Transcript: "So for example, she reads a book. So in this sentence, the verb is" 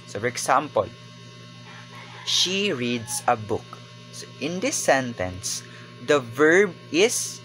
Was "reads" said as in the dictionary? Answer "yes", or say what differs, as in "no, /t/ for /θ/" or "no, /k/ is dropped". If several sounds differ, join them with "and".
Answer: no, /s/ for /z/